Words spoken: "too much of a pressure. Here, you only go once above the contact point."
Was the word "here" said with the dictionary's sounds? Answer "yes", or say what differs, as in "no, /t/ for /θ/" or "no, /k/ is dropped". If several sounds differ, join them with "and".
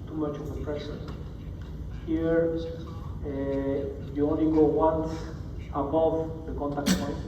yes